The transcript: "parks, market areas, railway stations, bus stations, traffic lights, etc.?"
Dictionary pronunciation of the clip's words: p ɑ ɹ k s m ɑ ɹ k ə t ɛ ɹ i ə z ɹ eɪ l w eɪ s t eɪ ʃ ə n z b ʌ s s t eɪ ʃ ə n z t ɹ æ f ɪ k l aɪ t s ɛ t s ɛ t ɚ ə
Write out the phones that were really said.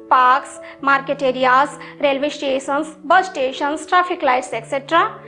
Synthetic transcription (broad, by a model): p ɑ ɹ k s m ɑ ɹ k ə t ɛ ɹ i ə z ɹ eɪ l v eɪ s t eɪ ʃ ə n s b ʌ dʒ t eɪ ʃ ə n s t ɹ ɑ p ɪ k l aɪ t s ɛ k s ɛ t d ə